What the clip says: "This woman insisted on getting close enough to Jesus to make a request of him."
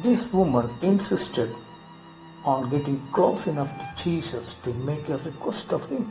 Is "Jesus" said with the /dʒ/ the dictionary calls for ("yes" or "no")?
no